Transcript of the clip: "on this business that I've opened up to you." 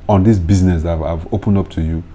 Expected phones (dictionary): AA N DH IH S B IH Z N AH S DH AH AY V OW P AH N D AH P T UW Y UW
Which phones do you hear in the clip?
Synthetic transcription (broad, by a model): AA N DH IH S B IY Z N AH S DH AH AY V OW P AH N D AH P T UW Y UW